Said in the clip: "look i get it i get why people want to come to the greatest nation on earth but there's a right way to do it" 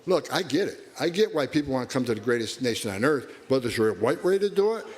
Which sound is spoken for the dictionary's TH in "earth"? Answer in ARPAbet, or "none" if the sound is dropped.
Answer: TH